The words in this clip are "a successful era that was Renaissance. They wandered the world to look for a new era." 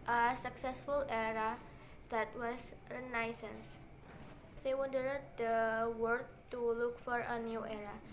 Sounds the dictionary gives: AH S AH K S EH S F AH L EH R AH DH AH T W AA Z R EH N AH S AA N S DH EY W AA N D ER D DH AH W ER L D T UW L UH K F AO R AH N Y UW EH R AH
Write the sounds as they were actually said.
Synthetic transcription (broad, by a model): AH S AH K S EH S F AH L EH R AH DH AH T W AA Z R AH N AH S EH N S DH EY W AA D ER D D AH W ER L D T UW L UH K F AO R AH N Y UW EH R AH